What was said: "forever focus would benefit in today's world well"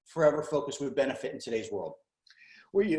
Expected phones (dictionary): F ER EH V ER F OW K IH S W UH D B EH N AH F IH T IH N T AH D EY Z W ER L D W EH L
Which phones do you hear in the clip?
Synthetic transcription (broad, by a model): F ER EH V ER F OW K IH S W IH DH B EH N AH F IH T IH N T AH D EY Z W ER L D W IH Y